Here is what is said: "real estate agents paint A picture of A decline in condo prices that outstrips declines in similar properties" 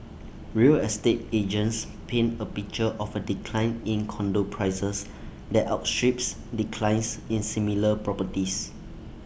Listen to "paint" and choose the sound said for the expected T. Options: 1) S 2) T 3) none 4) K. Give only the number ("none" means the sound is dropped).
3